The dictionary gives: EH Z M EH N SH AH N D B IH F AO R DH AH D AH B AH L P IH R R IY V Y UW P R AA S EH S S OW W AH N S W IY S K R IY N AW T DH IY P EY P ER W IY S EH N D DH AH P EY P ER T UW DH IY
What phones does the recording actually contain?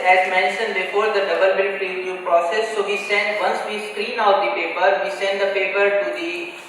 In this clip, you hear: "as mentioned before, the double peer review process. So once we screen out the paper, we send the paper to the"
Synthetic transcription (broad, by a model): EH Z M EH N SH AH N D B IH F AO R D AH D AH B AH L B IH L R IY Y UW P R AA S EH S S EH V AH N S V IY S K R IY N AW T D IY P EY P ER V IY S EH N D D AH P EY P ER T UW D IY